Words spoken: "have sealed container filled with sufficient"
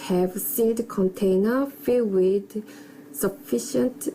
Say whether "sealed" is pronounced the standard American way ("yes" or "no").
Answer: no